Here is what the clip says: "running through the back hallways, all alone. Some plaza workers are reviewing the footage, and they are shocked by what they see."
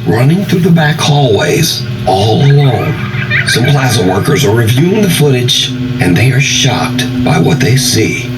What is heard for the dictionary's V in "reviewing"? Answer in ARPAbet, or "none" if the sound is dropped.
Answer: V